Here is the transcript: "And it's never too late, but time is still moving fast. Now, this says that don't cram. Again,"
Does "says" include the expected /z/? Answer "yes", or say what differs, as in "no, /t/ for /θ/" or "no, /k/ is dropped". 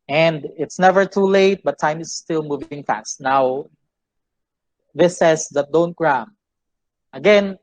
no, /s/ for /z/